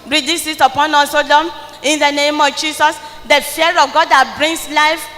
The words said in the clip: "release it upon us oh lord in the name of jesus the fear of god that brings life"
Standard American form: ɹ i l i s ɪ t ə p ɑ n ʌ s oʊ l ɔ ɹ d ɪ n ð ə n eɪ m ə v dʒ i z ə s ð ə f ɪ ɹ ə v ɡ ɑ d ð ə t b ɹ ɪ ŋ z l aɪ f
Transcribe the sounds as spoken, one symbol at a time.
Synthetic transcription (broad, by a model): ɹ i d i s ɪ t ə p ɑ n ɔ s oʊ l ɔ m ɪ n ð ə n eɪ m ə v dʒ i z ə s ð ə f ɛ ɹ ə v ɡ ɑ d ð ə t b ɹ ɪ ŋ s l aɪ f